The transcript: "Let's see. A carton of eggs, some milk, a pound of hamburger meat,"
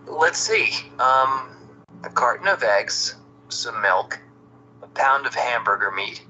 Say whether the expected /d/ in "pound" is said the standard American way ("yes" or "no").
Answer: yes